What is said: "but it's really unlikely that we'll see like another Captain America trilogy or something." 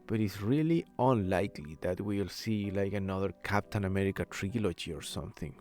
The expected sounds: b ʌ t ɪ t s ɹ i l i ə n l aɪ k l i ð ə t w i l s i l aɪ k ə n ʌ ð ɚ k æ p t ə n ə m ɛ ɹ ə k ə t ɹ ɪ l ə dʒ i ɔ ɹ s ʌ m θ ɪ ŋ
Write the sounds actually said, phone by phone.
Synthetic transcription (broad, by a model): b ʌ t ɪ t s ɹ i l i ə n l aɪ k l i ð ə t w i l s i l aɪ k ə n ʌ ð ɚ k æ p t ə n ə m ɛ ɹ ə k ə t ɹ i l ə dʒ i ɔ ɹ s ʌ m θ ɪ ŋ